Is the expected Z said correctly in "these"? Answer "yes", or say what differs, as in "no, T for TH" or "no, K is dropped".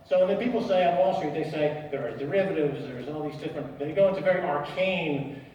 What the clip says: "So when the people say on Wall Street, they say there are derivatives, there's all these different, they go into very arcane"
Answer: yes